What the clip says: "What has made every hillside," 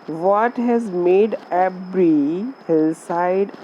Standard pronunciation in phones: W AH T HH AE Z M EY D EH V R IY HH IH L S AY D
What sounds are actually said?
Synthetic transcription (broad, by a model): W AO T HH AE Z M EY D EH B R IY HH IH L S AY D